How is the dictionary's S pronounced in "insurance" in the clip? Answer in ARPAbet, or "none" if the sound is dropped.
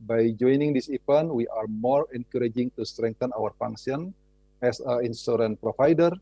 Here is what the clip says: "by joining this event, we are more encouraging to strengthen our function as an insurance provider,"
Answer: none